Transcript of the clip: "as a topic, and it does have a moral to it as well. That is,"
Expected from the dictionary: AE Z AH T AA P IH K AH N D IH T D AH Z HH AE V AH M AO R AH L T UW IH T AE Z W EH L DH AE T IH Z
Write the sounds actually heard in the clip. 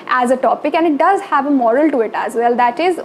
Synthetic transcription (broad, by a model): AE Z AH T AA P IH K AH N D IH T D AH Z HH AE V AH M AO R AH L T UW IH T AE Z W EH L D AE T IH Z